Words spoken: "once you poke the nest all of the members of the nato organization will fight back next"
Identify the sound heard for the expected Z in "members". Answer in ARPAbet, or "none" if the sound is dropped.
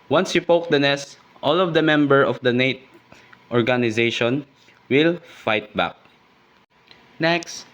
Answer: none